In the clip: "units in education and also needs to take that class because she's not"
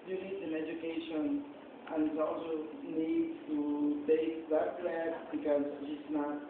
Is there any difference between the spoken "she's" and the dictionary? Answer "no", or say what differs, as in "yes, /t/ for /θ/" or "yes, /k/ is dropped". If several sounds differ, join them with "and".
yes, /s/ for /z/